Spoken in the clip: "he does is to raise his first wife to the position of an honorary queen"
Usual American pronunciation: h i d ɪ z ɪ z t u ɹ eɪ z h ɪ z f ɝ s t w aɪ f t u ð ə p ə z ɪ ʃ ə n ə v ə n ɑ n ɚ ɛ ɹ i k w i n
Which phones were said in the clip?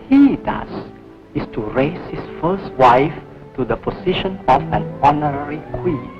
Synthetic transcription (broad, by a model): h i d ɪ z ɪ s t u ɹ eɪ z h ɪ s f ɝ s t w aɪ f t u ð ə p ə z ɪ ʃ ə n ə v ə n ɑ n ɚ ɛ ɹ i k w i